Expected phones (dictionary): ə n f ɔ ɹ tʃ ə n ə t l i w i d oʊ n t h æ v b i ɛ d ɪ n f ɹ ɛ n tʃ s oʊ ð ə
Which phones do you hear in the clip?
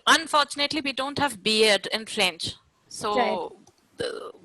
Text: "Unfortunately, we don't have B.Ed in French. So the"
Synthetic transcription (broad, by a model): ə n f ɔ ɹ tʃ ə n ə t l i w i d oʊ n t h æ v b i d d ɪ n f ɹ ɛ n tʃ s oʊ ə